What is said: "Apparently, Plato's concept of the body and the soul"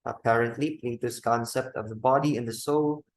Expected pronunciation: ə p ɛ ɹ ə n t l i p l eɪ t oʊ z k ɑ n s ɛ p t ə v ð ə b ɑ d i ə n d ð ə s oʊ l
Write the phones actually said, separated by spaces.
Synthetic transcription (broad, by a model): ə p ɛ ɹ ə n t l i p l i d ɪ s k ɑ n s ɛ p t ə v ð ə b ɑ d i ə n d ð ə s oʊ l